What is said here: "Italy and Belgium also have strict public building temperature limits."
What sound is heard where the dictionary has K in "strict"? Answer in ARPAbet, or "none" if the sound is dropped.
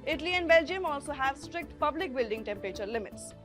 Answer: K